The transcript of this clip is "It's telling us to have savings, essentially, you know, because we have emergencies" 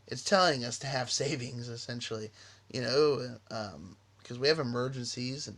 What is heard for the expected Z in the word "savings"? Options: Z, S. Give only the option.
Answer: Z